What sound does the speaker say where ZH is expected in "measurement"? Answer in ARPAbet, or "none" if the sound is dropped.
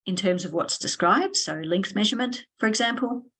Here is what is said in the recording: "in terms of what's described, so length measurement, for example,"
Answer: ZH